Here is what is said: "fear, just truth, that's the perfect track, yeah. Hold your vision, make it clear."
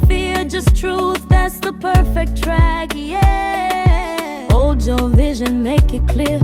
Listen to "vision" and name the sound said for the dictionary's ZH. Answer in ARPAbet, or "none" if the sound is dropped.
ZH